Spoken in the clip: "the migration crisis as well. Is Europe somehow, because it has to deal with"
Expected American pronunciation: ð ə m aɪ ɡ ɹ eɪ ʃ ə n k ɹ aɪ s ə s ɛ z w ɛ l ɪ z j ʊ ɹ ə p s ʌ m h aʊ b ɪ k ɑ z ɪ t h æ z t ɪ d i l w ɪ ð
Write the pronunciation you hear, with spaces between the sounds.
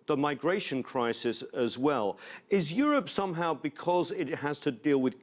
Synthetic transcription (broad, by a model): ð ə m aɪ ɡ ɹ eɪ ʃ ə n k ɹ aɪ s ə s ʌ z w ɛ l ɪ z j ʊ ɹ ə p s ʌ m h aʊ b ɪ k ɑ z ɪ t h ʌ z t ɪ d i l w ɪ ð